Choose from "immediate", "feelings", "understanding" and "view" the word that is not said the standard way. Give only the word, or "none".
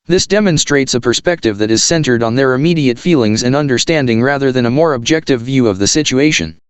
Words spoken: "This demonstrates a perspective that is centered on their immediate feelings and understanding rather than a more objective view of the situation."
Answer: none